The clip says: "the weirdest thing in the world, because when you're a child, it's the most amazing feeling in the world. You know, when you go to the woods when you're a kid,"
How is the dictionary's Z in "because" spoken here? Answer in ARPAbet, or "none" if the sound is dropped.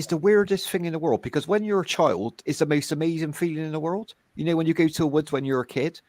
Z